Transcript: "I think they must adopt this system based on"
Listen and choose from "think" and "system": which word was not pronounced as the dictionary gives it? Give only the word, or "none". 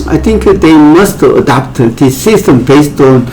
think